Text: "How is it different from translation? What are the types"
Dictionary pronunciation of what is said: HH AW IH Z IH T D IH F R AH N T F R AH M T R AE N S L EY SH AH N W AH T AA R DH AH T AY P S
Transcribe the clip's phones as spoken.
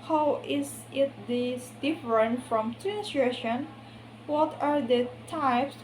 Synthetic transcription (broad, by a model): HH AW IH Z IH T D IH F R AH N T F R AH M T AE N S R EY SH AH N W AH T AA R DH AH T AY P S